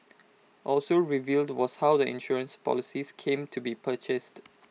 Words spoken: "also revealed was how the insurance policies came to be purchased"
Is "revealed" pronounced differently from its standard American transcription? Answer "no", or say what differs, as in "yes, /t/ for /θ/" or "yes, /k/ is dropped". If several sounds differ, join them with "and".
no